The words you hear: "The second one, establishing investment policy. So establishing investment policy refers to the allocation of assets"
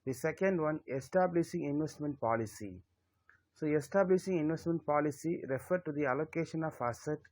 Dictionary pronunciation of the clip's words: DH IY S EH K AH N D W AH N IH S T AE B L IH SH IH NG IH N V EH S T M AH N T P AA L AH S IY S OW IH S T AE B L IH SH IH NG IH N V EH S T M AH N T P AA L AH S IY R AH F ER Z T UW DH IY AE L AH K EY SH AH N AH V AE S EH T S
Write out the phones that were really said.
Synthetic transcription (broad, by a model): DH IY S EH K AH N D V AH N IH S T AE B L IH SH IH NG IH N V EH S T M AH N T P AA L AH S IY S OW IH S T AE B L IH SH IH NG IH N V EH S T M AH N T P AA L AH S IY R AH F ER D T UW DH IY AE L AH K EY SH AH N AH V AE S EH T